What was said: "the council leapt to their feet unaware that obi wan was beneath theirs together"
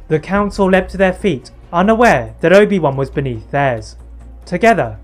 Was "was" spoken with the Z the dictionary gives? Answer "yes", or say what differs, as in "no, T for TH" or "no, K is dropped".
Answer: yes